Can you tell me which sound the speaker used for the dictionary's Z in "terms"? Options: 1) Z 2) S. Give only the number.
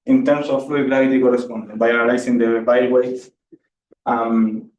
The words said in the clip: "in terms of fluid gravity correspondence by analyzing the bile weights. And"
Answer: 2